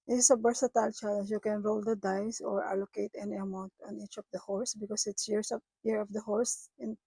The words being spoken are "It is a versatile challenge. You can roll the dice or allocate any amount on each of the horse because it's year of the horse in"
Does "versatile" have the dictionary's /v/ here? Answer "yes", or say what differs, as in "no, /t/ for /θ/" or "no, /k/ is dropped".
no, /b/ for /v/